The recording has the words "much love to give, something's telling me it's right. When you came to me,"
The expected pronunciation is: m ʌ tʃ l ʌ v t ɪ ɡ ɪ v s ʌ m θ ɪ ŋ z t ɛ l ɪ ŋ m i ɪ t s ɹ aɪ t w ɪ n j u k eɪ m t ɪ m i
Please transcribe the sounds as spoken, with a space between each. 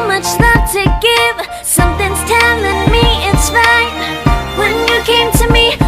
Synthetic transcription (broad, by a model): m ʌ tʃ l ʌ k t ɪ ɡ ɪ v s ʌ m θ ɪ ŋ z t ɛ n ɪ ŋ m i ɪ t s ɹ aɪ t w ɪ n j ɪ k eɪ m t ɪ m i